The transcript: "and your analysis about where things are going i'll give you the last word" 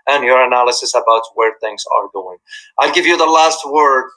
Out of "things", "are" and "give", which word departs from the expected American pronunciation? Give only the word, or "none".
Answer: none